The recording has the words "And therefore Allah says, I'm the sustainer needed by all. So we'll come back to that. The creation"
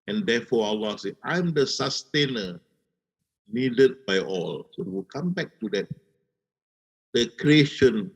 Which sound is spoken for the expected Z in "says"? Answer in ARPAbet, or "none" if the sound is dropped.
none